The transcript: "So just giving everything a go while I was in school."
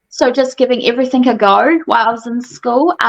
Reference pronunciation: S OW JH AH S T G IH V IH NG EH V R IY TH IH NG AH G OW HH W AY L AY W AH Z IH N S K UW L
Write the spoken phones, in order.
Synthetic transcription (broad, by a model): S OW JH AH S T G IH V IH NG EH V R IY TH IH NG AH G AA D W AY L AY W AH Z IH N S K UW L